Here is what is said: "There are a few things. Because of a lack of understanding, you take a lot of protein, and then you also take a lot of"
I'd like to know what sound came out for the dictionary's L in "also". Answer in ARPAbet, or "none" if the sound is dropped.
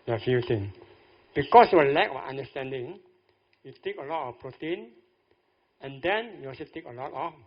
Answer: none